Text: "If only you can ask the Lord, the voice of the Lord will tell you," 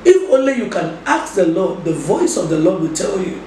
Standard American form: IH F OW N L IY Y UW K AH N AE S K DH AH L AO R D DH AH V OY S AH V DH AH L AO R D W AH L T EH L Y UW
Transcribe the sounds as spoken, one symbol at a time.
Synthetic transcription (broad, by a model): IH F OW L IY Y UW K AH N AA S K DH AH L AO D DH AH V OY S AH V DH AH L AO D W AH L T EH L Y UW